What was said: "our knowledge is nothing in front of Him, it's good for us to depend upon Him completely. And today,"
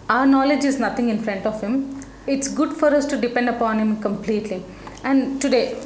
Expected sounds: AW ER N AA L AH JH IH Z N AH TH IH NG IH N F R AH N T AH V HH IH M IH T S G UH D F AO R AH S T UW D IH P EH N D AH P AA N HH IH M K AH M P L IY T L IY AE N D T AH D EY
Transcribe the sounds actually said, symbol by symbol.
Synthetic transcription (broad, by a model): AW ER N AA L AH JH IH Z N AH T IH NG IH N F R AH N T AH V HH IH M IH T S G UH D F AO R AH S T UW D IH P EH N D AH P AA N HH IH M K AH M P L IY T L IY AE N D T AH D EY